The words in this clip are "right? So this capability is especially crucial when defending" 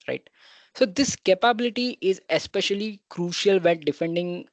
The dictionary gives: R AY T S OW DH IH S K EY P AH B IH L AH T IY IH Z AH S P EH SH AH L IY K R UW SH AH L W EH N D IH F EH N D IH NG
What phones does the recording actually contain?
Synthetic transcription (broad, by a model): R AY T S OW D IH S K EY P AH B IH L AH T IY IH Z AH S P EH SH AH L IY K R UW SH AH L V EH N D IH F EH N D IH NG